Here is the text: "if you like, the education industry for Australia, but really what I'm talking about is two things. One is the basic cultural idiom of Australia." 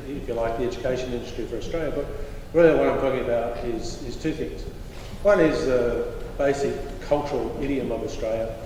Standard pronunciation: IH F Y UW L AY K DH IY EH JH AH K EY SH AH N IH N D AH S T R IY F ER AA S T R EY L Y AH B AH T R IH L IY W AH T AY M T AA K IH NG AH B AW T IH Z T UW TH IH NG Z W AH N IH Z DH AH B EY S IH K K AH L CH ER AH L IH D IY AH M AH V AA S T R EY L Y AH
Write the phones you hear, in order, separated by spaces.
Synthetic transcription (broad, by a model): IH F Y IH L AY K DH IY EH JH AH K EY SH AH N IH N D AH S T R IY F ER AA S T R EY L Y AH B AH T R IH L IY W AH T AY M T AA K IH NG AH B AW T IH Z T UW TH IH NG Z W AH N IH Z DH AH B EY S IH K K AH L CH ER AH L IH D IY AH M AH V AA S T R EY L Y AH